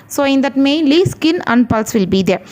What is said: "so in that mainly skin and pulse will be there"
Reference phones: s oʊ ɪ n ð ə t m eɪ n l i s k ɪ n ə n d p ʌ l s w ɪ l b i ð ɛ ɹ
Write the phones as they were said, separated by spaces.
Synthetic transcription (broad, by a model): s oʊ ɪ n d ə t m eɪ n l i s k ɪ n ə n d p ʌ l s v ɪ l b i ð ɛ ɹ